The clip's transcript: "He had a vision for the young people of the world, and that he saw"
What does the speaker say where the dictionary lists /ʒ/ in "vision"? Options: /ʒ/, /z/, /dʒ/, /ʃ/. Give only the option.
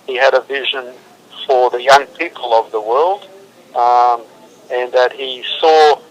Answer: /ʒ/